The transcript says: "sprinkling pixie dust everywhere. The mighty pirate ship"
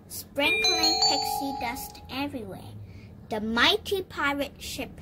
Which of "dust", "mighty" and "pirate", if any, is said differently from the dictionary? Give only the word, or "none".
none